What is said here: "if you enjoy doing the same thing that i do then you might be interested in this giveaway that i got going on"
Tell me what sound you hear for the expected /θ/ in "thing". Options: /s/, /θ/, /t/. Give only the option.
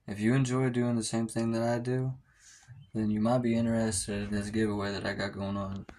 /θ/